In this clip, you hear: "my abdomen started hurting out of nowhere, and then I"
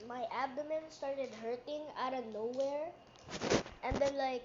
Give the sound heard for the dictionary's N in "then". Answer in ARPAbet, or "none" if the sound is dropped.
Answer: L